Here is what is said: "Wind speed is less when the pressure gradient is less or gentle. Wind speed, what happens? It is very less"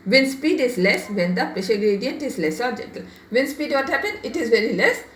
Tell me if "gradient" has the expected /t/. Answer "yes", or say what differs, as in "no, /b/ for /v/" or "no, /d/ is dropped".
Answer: yes